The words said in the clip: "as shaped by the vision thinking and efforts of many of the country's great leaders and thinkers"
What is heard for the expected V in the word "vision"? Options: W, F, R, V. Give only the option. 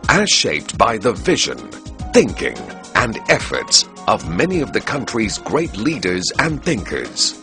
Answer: V